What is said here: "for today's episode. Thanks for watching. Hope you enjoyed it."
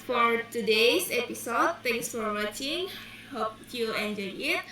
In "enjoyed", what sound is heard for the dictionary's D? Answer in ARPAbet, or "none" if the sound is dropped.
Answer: none